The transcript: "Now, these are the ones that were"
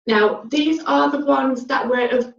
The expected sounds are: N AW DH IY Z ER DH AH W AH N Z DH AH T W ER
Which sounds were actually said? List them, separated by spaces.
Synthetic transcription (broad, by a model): N AW DH IY Z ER DH AH W AH N Z DH AH T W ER